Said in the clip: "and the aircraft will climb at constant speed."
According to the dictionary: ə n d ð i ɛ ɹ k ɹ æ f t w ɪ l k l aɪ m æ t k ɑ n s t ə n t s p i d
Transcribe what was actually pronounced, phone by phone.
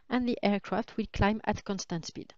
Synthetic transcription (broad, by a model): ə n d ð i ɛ ɹ k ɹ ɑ f t w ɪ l k l aɪ m æ t k ɑ n s t ə n t s p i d